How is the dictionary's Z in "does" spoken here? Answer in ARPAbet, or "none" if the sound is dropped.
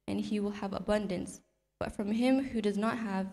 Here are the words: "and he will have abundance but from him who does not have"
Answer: Z